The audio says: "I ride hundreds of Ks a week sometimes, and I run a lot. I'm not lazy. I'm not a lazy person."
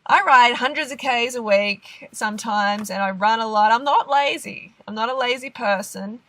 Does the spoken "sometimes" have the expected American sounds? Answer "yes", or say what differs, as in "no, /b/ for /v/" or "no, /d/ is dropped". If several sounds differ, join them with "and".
yes